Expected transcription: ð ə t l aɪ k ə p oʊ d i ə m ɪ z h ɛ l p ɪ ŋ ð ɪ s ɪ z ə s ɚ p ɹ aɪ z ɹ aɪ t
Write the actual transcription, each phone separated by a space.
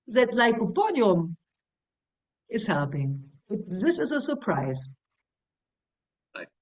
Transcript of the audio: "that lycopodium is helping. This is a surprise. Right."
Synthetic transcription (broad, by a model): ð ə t l aɪ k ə b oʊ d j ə m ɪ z h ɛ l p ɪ ŋ ð ɪ s ɪ z ə s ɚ p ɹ aɪ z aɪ